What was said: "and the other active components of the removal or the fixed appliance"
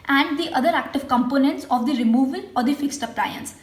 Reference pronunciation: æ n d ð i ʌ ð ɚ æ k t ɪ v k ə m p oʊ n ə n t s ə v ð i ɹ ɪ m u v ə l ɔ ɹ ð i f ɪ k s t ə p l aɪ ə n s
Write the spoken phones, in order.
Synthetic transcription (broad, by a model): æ n d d i ʌ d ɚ æ k t ɪ v k ə m p oʊ n ə n t s ə v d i ɹ ɪ m u v ə l ɔ ɹ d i f ɪ k s t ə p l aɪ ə n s